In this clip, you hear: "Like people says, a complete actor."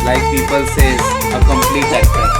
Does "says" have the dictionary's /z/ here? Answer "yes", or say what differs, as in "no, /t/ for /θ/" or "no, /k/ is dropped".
no, /z/ is dropped